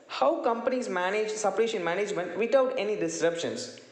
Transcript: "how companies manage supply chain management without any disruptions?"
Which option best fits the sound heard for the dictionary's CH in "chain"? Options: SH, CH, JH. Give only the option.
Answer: SH